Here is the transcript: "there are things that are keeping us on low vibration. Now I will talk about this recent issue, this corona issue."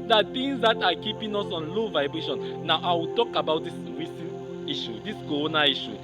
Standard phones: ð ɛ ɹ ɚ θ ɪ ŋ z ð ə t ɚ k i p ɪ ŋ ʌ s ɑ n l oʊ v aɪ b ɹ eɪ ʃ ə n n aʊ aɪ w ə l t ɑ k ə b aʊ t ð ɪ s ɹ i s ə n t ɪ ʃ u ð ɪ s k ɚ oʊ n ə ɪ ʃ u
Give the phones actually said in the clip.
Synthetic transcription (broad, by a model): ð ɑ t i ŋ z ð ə t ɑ k i p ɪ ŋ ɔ s ɑ n l oʊ v aɪ b ɹ eɪ ʃ ə n n aʊ aɪ w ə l t ɑ k ə b aʊ t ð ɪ s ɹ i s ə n i ʃ u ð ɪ s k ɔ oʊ n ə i ʃ u